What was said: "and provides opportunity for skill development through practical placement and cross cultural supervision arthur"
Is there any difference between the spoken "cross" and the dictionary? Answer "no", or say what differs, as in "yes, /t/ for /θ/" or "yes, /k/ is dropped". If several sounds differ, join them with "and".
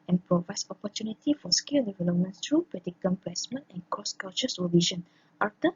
yes, /ɹ/ is dropped